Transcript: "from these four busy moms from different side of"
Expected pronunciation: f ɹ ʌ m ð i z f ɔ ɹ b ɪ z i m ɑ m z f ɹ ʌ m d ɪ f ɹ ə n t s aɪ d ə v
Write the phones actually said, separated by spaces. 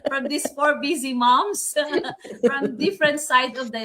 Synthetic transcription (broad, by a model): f ɹ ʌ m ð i s f ɔ ɹ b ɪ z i m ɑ m s f ɹ ʌ m d ɪ f ɹ ə n t s aɪ d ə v